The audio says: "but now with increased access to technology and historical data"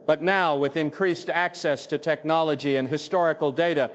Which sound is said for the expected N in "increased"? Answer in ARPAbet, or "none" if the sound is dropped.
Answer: N